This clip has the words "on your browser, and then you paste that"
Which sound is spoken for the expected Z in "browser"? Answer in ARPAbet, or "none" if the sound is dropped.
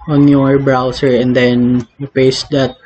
S